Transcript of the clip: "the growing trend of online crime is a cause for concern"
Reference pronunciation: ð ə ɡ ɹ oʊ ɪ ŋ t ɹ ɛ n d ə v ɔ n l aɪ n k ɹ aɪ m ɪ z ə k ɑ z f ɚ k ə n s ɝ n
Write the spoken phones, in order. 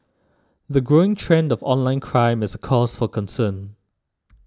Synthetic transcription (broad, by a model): ð ə ɡ ɹ oʊ ɪ ŋ t ɹ ɛ n d ə v ɔ n l aɪ n k ɹ aɪ m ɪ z ə k ɑ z f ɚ k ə n s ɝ n